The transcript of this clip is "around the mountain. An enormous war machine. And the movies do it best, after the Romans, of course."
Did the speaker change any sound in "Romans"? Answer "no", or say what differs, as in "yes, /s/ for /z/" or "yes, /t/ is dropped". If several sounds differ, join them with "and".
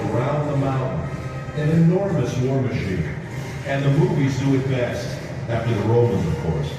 no